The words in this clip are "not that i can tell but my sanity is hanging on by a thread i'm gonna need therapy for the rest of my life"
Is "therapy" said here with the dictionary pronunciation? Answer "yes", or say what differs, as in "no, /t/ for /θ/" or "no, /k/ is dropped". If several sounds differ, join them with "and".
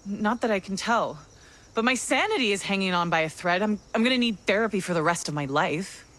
yes